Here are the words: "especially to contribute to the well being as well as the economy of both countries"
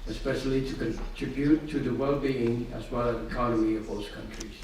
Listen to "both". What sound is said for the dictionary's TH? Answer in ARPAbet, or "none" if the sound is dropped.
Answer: S